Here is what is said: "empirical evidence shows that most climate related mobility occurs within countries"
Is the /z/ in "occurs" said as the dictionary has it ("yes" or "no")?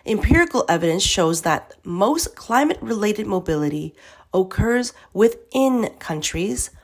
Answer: yes